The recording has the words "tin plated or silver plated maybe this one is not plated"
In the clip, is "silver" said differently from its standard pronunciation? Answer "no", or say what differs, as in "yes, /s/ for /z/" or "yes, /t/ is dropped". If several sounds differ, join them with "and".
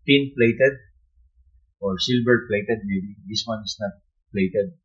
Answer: yes, /b/ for /v/